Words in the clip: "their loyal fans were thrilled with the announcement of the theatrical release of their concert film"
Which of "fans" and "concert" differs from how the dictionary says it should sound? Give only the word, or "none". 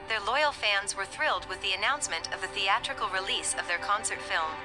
none